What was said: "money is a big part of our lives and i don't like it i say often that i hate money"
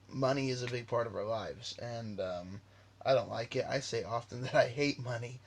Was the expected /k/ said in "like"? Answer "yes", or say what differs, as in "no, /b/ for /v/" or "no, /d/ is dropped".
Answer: yes